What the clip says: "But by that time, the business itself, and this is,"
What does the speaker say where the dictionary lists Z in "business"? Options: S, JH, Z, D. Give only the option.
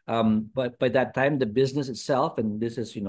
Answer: Z